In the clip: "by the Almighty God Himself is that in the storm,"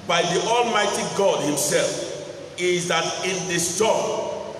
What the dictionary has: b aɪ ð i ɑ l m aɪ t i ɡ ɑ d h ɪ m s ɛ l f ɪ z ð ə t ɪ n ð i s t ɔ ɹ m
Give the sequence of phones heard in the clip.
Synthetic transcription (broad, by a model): b aɪ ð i ɑ l m aɪ t i ɡ ɑ d h ɪ m s ɛ l f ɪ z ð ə t ɪ n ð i s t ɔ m